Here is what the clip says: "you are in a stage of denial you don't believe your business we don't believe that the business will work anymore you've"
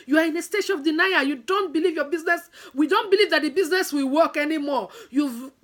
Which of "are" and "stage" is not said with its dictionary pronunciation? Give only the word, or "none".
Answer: stage